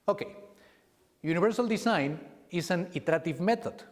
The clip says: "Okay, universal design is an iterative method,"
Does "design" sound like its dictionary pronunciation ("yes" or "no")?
no